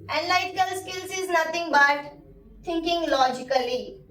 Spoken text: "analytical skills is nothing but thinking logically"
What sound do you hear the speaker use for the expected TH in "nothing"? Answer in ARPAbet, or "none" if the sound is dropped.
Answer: T